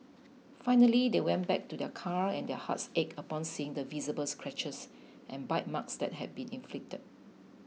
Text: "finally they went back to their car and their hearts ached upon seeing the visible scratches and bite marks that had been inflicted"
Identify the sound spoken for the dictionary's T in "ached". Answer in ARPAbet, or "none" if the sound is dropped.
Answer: none